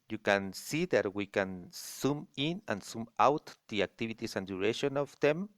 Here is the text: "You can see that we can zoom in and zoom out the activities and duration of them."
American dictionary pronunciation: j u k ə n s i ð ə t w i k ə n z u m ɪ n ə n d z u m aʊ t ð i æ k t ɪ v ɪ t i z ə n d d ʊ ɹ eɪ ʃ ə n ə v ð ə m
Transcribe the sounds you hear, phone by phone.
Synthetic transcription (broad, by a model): j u k ə n s i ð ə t w i k ə n s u m ɪ n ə n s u m aʊ t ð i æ k t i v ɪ t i s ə n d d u ɹ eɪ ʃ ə n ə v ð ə m